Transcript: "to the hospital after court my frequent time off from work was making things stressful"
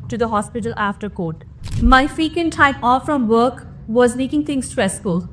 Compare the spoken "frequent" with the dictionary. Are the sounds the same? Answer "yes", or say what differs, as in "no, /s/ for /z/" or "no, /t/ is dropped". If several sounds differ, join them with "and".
no, /ɹ/ is dropped